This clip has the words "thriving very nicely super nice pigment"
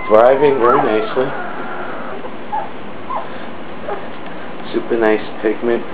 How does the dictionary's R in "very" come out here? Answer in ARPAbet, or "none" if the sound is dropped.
L